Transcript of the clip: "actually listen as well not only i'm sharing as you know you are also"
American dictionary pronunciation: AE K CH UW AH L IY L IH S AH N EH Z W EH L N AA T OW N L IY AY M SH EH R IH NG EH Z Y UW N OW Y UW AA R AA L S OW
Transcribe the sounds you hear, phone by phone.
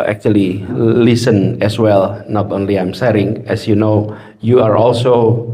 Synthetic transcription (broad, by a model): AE K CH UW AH L IY L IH S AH N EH S W EH L N AA T OW N L IY AY M S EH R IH NG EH S Y UW N OW Y UW AA R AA L S OW